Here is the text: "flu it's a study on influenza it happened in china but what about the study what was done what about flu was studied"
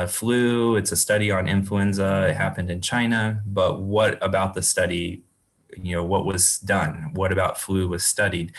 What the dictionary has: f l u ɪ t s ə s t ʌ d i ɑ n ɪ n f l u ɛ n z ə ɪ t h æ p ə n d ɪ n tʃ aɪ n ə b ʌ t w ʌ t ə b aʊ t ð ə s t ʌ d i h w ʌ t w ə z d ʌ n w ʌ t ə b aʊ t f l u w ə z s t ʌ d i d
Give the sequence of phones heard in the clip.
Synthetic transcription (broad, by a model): f l u ɪ t s ə s t ʌ d i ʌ n ɪ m f l u ɛ n z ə ɪ t h æ p ə n d ɪ n tʃ aɪ n ə b ʌ t w ʌ t ə b aʊ t ð ə s t ʌ d i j w ʌ t w ə z d ʌ n w ʌ t ə b aʊ t f l u w ə z s t ʌ d i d